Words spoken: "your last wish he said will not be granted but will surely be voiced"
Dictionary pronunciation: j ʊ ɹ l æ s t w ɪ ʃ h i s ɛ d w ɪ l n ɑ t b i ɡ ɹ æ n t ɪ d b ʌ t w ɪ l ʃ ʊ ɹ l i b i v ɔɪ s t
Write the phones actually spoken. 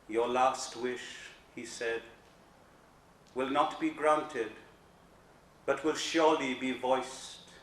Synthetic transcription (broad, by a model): j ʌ ɹ l æ s t w ɪ ʃ h i s ɛ d w ɪ l n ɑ t b i ɡ ɹ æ n t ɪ d b ʌ t w ɪ l ʃ ʊ ɹ l i b i v ɔɪ s t